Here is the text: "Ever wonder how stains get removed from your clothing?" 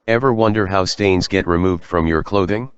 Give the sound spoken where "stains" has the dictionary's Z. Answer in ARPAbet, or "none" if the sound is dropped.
Z